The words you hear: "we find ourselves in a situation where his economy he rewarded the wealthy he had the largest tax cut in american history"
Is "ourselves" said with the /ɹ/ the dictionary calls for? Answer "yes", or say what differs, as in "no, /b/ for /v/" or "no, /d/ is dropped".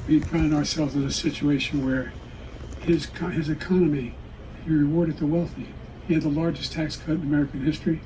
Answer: yes